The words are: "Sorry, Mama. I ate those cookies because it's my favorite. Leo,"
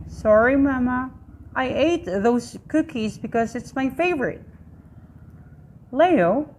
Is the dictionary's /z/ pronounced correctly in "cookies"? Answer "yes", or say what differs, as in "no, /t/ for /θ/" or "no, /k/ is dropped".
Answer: yes